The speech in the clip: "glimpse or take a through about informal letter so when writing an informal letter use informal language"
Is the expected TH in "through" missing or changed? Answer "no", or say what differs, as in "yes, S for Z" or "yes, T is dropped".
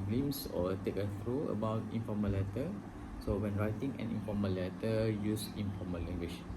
yes, F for TH